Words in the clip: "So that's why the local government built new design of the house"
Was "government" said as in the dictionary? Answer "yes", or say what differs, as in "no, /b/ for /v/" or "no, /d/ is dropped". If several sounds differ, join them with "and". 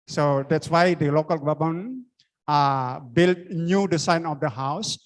no, /b/ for /v/